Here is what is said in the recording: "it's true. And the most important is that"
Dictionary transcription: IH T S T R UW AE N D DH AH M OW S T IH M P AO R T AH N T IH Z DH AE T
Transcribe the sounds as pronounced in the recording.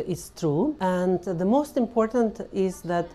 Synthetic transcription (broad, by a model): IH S T R UW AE N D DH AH M OW S T IH M P AO R T AH N T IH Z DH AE T